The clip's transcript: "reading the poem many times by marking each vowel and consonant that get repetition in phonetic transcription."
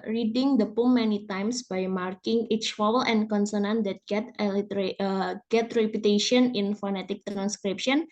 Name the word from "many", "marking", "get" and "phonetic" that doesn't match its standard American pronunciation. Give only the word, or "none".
none